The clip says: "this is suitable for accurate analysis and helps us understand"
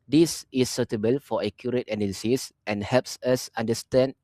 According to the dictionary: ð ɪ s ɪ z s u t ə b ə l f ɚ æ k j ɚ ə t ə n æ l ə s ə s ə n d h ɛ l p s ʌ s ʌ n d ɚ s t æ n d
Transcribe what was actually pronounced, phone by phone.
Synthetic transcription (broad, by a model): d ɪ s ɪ s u t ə b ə l f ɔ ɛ k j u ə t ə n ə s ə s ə n h ɛ l p s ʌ s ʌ n d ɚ s t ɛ n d